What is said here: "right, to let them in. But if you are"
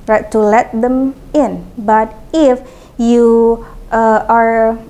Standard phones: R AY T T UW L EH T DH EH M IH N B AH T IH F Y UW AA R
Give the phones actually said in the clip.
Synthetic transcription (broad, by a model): R AY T T UW L EH T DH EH M IH N B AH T IH F Y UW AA R